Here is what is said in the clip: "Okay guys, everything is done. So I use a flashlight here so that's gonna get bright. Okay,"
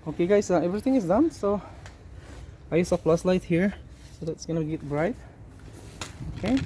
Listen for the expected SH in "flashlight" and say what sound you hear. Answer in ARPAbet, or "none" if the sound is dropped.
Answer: S